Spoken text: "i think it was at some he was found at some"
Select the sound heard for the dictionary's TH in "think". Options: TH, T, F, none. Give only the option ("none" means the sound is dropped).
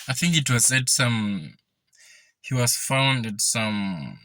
TH